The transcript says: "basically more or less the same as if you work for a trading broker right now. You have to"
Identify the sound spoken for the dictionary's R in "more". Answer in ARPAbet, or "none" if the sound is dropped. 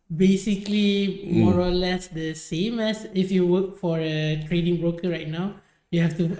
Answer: R